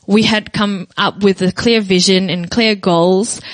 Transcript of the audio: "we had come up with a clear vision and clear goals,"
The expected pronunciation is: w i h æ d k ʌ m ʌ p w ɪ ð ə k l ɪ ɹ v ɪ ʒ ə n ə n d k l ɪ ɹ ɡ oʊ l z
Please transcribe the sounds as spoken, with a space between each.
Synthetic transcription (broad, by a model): w i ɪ d k ʌ m ʌ p w ɪ ð ə k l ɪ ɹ v ɪ ʒ ə n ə n k l ɪ ɹ ɡ oʊ l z